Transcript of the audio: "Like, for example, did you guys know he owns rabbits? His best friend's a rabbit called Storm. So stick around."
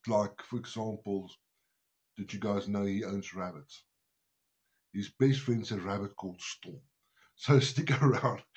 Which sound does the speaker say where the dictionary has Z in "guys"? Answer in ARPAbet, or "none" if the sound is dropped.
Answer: Z